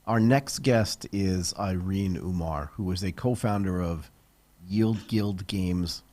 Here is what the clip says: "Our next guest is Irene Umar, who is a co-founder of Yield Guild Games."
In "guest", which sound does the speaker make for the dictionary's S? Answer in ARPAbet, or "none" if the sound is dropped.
S